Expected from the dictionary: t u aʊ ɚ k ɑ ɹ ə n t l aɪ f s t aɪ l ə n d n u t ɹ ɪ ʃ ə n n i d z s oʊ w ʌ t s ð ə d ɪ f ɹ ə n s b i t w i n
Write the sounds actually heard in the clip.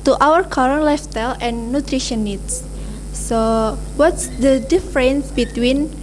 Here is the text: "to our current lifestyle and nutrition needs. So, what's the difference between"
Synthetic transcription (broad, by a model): t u aʊ ɚ k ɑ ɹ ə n l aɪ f t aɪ l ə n n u t ɹ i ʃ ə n n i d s s oʊ w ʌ t s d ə d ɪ f ɹ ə n s b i t w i n